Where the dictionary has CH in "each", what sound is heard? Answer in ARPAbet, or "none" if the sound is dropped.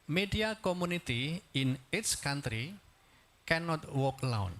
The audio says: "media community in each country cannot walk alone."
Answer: S